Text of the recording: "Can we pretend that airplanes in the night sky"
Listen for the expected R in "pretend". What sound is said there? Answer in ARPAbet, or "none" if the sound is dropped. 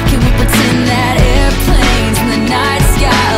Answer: none